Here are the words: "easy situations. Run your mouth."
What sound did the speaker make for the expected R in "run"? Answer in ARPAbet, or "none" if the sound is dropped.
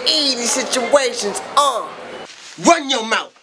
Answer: W